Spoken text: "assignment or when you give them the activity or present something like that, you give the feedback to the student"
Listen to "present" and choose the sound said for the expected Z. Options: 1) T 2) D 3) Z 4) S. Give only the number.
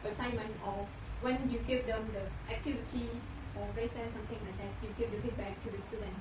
4